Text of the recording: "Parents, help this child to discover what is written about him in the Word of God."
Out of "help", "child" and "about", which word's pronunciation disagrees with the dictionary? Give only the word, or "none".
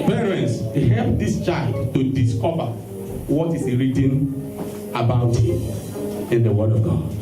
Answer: none